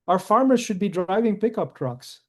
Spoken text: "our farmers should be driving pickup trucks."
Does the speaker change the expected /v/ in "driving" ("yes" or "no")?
no